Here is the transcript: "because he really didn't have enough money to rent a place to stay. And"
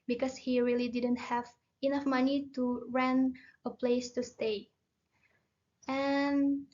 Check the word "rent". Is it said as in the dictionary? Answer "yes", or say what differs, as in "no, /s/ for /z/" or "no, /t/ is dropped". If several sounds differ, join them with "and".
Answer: no, /t/ is dropped